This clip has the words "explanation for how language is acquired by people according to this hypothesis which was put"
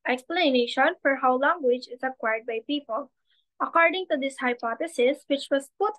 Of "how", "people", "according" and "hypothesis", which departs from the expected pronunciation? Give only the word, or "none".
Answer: hypothesis